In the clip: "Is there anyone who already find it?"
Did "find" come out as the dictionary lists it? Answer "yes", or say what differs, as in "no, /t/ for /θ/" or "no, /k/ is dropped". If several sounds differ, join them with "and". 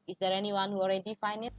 no, /d/ is dropped